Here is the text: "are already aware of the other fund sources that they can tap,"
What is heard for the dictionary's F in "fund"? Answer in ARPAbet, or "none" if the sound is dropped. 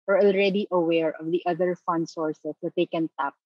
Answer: F